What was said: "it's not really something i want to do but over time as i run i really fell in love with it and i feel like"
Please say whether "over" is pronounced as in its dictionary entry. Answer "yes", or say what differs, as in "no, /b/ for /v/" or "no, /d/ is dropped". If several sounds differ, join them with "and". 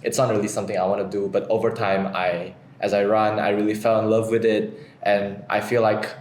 yes